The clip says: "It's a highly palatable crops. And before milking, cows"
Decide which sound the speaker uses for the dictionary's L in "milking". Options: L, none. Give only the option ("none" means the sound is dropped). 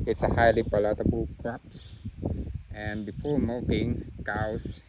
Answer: none